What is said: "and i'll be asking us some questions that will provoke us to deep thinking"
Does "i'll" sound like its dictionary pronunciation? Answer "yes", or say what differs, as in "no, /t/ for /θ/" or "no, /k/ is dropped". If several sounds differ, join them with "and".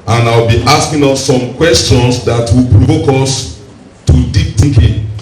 no, /w/ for /l/